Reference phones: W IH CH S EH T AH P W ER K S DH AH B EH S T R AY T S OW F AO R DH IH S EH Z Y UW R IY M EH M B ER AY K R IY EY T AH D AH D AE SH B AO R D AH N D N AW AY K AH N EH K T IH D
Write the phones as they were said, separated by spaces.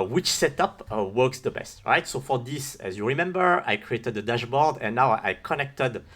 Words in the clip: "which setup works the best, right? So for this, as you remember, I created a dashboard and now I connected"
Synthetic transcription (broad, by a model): W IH CH S EH T AH P W ER K S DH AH B EH S T R AY T S OW F AO R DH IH S EH Z Y UW R IY M EH M B ER AY K R IY EY T AH D AH D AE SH B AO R D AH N N AW AY K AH N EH K T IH D